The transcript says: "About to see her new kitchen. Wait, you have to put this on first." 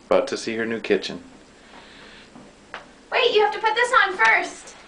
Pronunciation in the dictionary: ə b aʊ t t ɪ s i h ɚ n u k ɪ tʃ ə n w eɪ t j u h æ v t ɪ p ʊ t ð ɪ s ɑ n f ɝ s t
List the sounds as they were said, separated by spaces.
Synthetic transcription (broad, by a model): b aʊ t t ɪ s i h ɚ n u k ɪ tʃ ə n w eɪ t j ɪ h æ f t ɪ p ʊ t ð ɪ s n f ɝ s t